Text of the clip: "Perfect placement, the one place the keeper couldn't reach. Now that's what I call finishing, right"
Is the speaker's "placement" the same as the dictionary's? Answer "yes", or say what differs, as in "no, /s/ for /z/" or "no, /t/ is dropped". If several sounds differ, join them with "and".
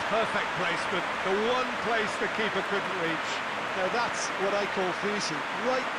no, /n/ is dropped